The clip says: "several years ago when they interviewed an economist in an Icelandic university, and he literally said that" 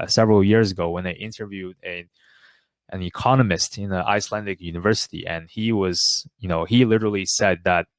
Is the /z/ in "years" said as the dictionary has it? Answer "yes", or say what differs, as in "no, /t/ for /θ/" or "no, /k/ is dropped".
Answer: yes